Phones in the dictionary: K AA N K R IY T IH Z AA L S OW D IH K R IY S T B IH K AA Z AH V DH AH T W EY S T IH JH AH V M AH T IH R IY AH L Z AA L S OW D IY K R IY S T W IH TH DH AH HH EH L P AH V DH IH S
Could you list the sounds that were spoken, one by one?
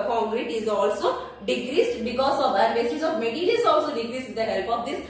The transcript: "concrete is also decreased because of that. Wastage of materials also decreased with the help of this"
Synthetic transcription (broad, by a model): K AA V R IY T IH Z AA L S OW D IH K R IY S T B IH K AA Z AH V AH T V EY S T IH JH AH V M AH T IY L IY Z AA L S OW D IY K R IY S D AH HH EH L P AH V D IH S